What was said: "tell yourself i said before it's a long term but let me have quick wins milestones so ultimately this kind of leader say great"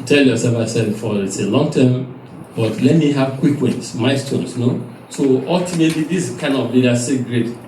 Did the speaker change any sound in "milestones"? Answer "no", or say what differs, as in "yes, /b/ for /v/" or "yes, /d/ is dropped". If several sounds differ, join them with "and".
yes, /l/ is dropped